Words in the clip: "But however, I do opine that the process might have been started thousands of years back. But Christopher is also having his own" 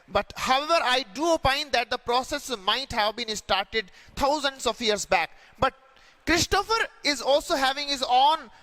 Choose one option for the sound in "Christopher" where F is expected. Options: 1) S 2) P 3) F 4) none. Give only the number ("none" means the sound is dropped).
3